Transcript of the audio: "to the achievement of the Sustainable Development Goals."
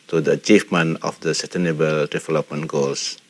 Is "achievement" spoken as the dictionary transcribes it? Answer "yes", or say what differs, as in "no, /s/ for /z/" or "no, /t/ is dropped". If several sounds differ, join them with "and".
no, /t/ is dropped